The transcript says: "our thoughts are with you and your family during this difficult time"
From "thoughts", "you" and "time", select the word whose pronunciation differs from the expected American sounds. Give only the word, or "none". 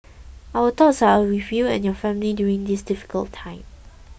thoughts